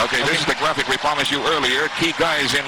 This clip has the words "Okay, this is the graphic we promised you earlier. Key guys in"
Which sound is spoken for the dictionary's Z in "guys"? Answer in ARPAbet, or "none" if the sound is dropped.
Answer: Z